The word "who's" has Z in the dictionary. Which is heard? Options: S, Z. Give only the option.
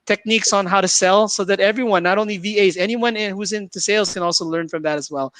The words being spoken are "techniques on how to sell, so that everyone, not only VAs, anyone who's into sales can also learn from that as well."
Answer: Z